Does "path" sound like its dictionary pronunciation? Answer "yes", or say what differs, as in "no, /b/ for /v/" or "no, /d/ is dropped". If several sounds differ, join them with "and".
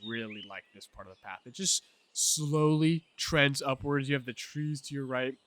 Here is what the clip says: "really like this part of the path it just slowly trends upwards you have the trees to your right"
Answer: yes